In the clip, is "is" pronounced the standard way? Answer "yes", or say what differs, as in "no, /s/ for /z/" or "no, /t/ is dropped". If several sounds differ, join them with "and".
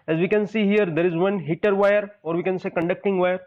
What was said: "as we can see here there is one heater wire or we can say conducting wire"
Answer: yes